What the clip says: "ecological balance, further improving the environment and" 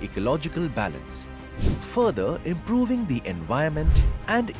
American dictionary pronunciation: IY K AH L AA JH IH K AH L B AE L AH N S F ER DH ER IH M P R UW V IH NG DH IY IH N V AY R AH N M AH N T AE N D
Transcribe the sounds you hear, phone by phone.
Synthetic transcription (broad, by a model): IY K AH L AA JH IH K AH L B AE L AH N S F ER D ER IH M P R UW V IH NG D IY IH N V AY AH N M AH N T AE N D